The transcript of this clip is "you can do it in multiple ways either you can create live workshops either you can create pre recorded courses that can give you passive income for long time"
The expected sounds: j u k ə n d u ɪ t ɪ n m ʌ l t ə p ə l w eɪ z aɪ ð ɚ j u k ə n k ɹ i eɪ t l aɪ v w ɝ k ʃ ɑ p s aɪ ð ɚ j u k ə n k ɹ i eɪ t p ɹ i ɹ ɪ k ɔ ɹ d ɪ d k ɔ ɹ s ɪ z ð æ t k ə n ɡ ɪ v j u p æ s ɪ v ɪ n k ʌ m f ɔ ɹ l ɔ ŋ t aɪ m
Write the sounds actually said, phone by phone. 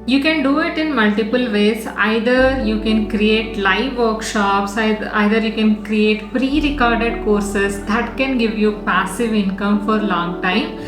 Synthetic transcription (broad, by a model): j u k ə n d u ɪ t ɪ n m ʌ l t ə p ə l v eɪ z aɪ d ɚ j u k ə n k ɹ i eɪ t l aɪ v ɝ k ʃ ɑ p s aɪ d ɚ j u k ə n k ɹ i eɪ t p ɹ i ɹ ɪ k ɔ ɹ d ɪ d k ɔ ɹ s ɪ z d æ t k ə n ɡ ɪ v j u p æ s ɪ v ɪ n k ʌ m f ɔ ɹ l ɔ ŋ t aɪ m